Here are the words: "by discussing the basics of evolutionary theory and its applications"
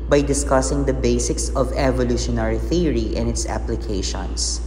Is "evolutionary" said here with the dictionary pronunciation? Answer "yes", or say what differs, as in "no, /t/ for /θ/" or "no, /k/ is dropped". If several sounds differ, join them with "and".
yes